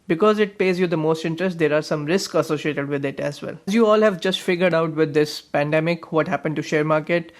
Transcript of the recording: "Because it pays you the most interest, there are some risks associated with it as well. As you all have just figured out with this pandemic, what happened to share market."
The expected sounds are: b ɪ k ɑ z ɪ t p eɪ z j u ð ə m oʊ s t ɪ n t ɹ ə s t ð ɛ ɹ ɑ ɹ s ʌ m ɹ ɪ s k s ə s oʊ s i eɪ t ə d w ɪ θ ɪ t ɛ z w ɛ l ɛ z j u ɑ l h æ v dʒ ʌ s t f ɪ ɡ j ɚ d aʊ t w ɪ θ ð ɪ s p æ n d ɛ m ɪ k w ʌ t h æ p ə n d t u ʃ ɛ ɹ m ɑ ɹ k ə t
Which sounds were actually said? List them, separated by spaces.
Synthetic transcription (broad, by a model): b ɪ k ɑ z ɪ t p eɪ z j u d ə m oʊ s t ɪ n t ɹ ə s t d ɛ ɹ ɑ ɹ s ʌ m ɹ ɪ s k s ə s oʊ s i eɪ t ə d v ɪ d ɪ t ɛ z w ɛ l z j u ɑ l h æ v dʒ ʌ s t f ɪ ɡ j ɚ d aʊ t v ɪ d ɪ s p æ n d ɛ m ɪ k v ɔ t h æ p ə n d t u ʃ ɛ ɹ m ɑ ɹ k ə t